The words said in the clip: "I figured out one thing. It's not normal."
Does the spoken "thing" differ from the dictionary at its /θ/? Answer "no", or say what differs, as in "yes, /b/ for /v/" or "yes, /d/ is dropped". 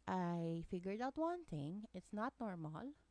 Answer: yes, /t/ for /θ/